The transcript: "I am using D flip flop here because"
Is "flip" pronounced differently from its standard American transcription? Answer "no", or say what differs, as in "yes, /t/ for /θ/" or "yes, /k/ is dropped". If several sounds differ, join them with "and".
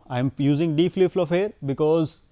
yes, /p/ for /f/